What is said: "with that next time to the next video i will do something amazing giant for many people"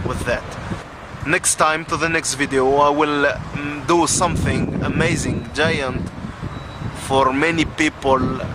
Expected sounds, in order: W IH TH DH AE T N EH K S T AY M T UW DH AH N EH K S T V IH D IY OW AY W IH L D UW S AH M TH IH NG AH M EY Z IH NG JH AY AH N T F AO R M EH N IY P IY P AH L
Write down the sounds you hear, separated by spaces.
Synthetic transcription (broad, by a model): W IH DH AE T N EH K S T AY M T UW DH AH N EH K S T V IH D IY OW AY W IH L D UW S AH M TH IH NG AH M EY Z IH NG JH AY AH N T F AO R M EH N IY P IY P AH L